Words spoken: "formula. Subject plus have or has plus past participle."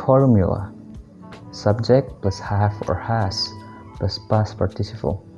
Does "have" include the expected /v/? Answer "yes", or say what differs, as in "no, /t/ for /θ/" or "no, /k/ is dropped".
no, /f/ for /v/